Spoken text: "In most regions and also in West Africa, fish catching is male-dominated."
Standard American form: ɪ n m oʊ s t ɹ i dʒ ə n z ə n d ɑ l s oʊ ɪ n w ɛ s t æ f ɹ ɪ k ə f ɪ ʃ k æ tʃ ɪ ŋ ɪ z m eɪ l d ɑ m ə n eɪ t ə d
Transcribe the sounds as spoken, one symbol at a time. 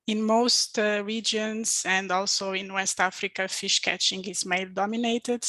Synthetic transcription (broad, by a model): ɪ n m oʊ s t ɹ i dʒ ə n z ə n d ɑ l s oʊ ɪ n w ɛ s t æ f ɹ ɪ k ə f ɪ ʃ k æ tʃ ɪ ŋ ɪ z m eɪ l d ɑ m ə n eɪ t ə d